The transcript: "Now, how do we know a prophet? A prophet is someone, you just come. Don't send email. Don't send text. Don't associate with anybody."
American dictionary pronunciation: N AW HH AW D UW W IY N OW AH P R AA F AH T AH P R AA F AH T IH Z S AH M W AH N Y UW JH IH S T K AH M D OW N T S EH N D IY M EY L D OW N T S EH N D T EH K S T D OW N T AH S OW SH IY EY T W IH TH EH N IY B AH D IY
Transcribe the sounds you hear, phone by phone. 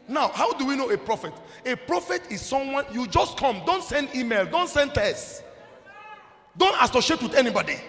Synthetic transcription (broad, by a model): N AW HH AW D UW W IY N OW AH P R AA F AH T AH P R AA F AH T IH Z S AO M W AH N Y UW JH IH S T K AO M D OW N T S EH N D IY M EY L D OW N T S EH N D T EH S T D OW N T AH S OW SH IY EY T W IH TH EH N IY B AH D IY